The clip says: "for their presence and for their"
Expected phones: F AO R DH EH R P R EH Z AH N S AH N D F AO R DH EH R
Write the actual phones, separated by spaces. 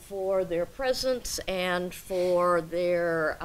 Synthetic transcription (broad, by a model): F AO R DH EH R P R EH Z AH N S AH N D F AO R DH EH R